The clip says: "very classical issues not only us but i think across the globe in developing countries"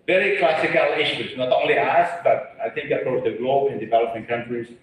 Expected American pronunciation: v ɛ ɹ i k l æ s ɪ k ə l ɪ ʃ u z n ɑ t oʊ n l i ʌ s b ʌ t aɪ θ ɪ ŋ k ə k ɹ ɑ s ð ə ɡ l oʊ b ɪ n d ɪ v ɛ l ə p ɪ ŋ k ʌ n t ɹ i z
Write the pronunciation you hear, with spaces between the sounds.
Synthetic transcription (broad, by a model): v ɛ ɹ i k l æ s ɪ k ə l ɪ ʃ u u n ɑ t oʊ n l i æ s b ʌ t aɪ θ ɪ ŋ k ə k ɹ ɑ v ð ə ɡ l oʊ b ɪ n d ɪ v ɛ l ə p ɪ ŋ k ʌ n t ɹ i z